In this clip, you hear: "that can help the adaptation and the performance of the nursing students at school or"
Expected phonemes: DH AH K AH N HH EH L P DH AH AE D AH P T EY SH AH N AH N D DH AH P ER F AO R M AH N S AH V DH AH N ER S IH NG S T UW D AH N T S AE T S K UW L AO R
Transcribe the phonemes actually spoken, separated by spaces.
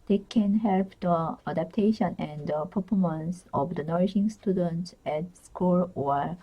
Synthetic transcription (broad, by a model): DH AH K AH N HH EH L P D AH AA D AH P T EY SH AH N AH N D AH P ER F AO M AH N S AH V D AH N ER SH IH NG S T UW D AH N T S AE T S K UW L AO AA